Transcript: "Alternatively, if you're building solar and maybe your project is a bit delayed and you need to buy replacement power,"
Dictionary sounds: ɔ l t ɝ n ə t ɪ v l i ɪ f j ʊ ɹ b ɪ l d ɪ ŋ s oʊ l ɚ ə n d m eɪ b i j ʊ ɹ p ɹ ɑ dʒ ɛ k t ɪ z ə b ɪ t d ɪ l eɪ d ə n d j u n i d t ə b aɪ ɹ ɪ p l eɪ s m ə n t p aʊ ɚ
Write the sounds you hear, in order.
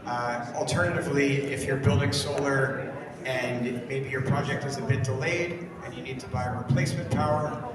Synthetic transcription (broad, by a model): l t ɝ n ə t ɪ v l i ɪ f j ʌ ɹ b ɪ l d ɪ ŋ s oʊ l ɚ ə n m eɪ b i j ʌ ɹ p ɹ ɑ dʒ ɛ k t ɪ z ə b ɪ t d ɪ l eɪ d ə n j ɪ n i d t ə b aɪ ɹ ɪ p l eɪ s m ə n p aʊ ɚ